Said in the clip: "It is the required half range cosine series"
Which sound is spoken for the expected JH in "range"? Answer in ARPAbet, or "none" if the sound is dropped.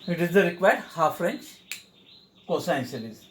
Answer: CH